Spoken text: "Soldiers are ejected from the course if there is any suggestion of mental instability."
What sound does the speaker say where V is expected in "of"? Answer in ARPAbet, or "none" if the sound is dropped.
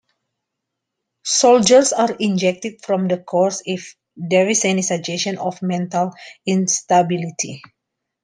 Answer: F